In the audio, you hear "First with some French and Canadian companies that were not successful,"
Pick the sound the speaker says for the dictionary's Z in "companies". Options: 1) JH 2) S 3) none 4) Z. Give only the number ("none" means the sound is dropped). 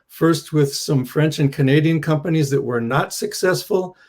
4